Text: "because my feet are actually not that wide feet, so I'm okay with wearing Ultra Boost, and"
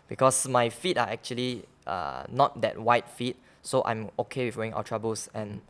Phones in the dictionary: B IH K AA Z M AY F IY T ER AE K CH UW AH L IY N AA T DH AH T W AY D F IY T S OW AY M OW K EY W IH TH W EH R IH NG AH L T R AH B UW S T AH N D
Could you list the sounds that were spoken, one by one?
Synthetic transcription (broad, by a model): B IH K AA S M AY F IY T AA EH K CH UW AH L IY N AA T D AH T W AY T F IY T S OW AY M OW K EY W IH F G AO IH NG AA W T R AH B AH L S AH N